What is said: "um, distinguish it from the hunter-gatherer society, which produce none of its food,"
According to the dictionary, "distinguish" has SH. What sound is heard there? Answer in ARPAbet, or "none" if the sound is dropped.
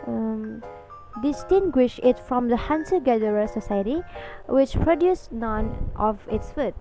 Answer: SH